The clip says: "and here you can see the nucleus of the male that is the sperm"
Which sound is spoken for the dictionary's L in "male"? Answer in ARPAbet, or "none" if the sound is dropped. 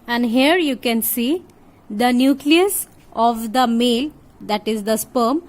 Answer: L